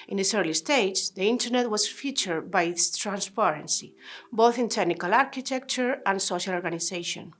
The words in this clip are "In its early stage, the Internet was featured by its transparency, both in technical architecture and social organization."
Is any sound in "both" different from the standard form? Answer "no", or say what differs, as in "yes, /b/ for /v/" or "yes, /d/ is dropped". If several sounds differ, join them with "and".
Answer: no